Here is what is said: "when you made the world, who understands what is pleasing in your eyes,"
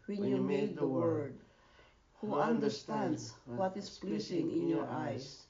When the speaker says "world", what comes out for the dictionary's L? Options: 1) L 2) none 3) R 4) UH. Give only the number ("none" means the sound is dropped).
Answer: 2